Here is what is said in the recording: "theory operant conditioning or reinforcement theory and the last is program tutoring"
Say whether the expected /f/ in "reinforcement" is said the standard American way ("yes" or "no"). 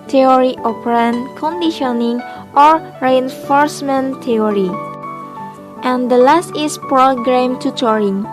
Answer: yes